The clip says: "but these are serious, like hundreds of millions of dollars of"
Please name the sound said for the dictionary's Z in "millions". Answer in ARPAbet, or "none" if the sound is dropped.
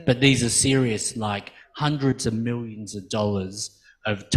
Z